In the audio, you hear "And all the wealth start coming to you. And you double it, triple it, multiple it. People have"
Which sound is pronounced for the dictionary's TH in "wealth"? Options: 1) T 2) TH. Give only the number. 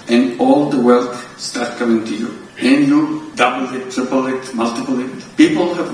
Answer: 1